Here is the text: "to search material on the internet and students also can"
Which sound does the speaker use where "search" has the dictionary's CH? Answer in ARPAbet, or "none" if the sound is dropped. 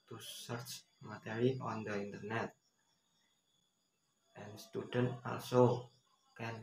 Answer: CH